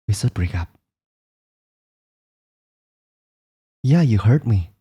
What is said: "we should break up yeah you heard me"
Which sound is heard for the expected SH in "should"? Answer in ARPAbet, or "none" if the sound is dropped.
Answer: S